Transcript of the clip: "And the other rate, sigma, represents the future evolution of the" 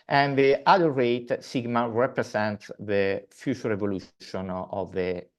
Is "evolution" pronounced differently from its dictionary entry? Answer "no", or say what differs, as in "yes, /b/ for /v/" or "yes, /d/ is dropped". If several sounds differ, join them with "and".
no